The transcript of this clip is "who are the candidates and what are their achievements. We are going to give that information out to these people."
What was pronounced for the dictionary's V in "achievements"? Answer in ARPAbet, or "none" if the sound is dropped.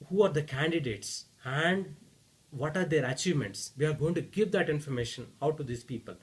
V